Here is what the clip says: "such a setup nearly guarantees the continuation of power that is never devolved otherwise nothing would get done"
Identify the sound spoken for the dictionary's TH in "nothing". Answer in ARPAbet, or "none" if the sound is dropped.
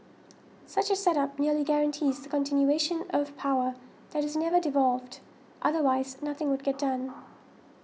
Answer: TH